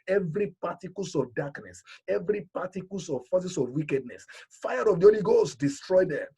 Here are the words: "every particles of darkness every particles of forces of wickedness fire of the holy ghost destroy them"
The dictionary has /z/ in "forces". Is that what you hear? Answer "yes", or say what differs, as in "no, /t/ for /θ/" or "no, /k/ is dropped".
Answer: no, /s/ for /z/